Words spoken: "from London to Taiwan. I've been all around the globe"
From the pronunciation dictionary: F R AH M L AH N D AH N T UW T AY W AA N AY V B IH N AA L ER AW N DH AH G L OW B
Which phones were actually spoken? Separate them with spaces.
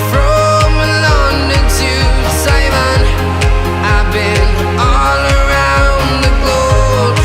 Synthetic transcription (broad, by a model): F R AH M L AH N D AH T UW S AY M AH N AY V B IH N AA L ER AW N DH AH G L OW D